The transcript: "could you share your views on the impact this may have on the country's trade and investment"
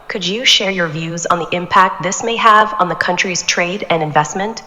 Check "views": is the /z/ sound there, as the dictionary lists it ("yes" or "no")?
yes